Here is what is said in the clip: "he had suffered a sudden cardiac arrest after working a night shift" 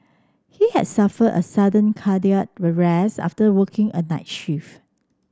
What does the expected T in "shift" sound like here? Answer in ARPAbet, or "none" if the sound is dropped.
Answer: none